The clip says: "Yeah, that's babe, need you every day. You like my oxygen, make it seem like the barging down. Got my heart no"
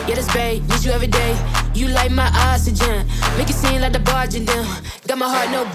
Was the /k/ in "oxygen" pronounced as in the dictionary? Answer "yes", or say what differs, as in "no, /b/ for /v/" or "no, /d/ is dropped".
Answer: no, /k/ is dropped